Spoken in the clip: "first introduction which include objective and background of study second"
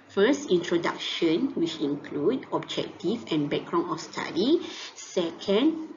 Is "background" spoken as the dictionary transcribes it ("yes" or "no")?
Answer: no